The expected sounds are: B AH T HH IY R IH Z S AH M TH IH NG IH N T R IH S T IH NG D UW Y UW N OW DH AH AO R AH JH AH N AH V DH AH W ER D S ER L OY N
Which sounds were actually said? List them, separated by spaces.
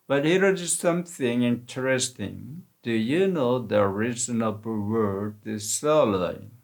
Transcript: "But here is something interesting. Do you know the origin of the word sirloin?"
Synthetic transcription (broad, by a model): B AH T HH IY R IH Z S AH M TH IH NG IH N T R IH S T IH NG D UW Y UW N OW DH AH R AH Z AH N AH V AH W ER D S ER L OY